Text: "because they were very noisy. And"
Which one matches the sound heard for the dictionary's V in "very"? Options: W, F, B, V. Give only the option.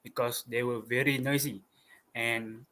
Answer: V